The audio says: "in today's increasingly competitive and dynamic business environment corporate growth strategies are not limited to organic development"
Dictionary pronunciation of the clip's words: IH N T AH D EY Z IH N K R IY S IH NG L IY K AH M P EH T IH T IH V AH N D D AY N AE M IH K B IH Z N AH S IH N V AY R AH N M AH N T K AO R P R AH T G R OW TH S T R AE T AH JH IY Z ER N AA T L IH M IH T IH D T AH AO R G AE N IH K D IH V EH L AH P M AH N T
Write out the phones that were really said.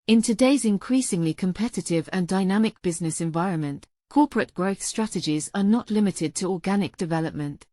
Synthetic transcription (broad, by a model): IH N T AH D EY Z IH N K R IY S IH NG L IY K AH M P EH T IH T IH V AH N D D AY N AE M IH K B IH Z N AH S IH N V AY R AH N M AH N T K AO P R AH T G R OW TH S T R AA T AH JH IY Z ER N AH T L IH M IH T IH D T AH AO G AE N IH K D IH V EH L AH P M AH N T